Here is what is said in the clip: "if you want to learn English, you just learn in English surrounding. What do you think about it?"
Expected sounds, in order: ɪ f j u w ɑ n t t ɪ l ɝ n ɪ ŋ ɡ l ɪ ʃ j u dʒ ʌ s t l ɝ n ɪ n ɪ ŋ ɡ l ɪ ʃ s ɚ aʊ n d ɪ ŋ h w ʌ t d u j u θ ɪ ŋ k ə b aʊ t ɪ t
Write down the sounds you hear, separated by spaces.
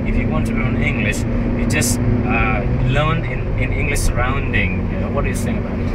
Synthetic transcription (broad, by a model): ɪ f j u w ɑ n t t ɪ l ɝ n ɪ ŋ ɡ l ɪ ʃ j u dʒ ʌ s t l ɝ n ɪ n ɪ ŋ ɡ l ɪ ʃ s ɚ aʊ n d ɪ ŋ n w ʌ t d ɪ j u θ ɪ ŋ ə b aʊ t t